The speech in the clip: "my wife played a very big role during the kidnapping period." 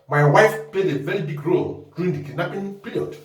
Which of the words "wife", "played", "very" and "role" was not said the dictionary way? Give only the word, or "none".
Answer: none